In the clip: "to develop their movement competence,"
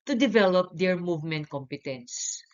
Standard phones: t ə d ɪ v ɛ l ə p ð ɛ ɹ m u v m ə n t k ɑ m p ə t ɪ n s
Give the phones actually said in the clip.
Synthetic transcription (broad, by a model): t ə d ɪ v ɛ l ə p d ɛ ɹ m u v m ə n t k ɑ m p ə t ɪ n s